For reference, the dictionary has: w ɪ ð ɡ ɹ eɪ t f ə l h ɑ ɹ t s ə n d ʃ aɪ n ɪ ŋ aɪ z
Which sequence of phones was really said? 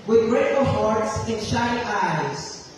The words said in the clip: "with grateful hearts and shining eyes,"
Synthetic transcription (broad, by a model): w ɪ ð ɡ ɹ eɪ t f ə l h ɑ ɹ t s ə n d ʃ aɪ ɪ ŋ aɪ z